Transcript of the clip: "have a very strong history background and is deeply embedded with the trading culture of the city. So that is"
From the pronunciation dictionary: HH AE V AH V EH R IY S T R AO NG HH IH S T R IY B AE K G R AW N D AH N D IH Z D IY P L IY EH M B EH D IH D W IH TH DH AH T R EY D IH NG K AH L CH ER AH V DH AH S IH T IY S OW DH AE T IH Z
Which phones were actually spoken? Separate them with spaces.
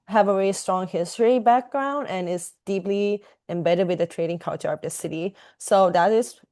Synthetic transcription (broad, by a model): HH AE V AH V EH R IY S T R AO NG HH IH S T R IY B AE K G R AW N D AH N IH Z D IY P L IY EH M B EH D IH D W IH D DH AH T R EY D IH NG K AH L CH ER AH V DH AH S IH T IY S OW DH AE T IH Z